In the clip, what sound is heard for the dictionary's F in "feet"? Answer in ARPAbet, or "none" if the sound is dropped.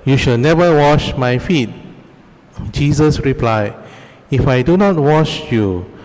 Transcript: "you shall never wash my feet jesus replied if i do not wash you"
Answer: F